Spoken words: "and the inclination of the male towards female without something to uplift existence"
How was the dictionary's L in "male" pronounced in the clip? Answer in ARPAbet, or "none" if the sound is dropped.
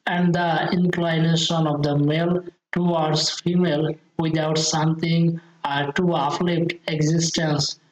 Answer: L